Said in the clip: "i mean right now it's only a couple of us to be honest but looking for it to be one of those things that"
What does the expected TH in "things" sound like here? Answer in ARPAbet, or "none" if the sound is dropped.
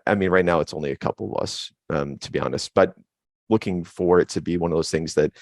TH